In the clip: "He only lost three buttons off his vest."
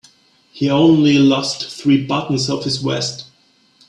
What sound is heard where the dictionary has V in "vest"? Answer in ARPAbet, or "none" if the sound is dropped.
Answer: W